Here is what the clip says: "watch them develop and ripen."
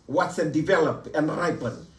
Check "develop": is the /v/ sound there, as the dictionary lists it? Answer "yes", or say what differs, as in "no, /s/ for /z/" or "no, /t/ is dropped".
yes